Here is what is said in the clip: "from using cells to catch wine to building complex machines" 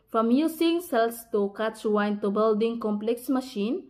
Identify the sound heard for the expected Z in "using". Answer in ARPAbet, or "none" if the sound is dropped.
S